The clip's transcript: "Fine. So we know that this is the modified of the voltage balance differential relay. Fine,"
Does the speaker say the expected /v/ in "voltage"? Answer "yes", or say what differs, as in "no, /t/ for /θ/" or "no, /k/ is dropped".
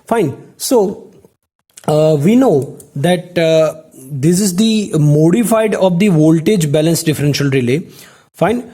yes